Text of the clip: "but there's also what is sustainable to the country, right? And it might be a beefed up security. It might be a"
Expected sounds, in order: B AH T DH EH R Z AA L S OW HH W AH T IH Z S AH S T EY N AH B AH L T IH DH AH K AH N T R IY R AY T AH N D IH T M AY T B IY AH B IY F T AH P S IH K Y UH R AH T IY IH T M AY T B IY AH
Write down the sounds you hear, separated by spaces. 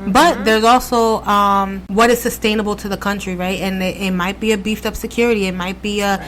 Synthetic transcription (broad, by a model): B AH T DH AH R Z AA L S OW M W AH T IH Z S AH S T EY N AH B L T IH DH AH K AH N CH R IY R AY T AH N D IH T M AY T B IY AH B IY F T AH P S IH K Y UH R AH T IY IH T M AY T B IY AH